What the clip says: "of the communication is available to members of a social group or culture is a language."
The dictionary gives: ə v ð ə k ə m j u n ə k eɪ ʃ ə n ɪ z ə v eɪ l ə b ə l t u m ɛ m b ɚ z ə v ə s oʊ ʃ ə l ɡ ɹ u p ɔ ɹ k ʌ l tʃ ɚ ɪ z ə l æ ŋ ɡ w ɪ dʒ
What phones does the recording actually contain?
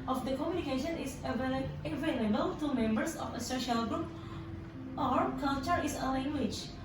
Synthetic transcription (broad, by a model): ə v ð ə k ə m j u n ə k eɪ ʃ ə n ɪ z ə v eɪ l ə b ə l t u m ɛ m b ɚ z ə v ə s oʊ ʃ ə l ɡ ɹ u p ɔ ɹ k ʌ l tʃ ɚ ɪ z ə l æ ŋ ɡ w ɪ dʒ